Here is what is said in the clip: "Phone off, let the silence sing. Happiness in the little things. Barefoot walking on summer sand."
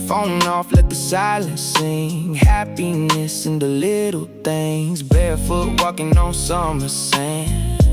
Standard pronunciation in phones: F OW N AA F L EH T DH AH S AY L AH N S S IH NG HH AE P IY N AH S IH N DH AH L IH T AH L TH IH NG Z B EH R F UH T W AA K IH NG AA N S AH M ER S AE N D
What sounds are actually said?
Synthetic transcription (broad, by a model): F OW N AA F L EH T DH AH S AY L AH N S S IH NG HH AE P IY N AH S IH N DH AH L IH T L TH IH NG Z B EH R F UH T W AA K IH NG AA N S AH M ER S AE N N